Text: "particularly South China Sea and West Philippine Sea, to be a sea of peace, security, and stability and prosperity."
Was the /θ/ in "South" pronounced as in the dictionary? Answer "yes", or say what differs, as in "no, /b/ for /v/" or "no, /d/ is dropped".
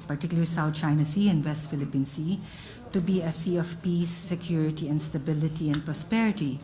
no, /t/ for /θ/